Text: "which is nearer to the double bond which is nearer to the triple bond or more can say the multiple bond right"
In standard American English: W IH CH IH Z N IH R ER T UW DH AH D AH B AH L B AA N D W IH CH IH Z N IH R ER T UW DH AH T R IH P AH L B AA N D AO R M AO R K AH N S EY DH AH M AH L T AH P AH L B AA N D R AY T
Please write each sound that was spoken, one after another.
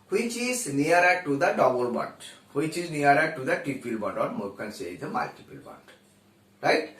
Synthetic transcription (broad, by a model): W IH CH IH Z N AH R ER T UW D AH D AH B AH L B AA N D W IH CH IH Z N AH R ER T UW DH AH T IH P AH L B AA N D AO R M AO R K AH N S EY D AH M AH L T AH P AH L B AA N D R AY T